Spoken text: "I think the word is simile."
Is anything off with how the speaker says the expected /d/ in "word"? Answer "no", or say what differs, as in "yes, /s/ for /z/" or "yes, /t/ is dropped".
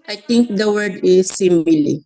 no